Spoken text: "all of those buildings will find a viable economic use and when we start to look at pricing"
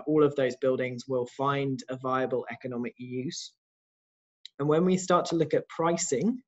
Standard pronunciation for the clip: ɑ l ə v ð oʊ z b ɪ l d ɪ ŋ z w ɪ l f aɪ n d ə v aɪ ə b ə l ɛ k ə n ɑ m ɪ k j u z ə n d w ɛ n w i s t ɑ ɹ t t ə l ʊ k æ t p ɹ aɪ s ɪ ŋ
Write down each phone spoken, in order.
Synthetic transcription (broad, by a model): ɑ l ə v ð oʊ z b ɪ l d ɪ ŋ z w ɪ l f aɪ n d ə v aɪ ə b ə l ɛ k ə n ɑ m ɪ k j u z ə n w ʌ n w i s t ɑ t t ə l ʊ k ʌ t p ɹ aɪ s ɪ ŋ